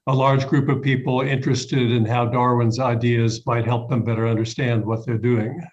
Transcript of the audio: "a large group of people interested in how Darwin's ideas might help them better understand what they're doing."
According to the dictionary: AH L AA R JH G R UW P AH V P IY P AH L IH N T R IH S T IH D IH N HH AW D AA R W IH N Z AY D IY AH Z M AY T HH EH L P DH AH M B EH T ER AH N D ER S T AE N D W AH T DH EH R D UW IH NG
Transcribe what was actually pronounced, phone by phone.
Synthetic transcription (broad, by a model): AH L AA R JH G R UW P AH V P IY P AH L IH N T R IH S T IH D IH N HH AW D AA R W IH N Z AY D IY AH Z M AY T HH EH L P DH AH M B EH T ER AH N D ER S T AE N D W AH T DH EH R D UW IH NG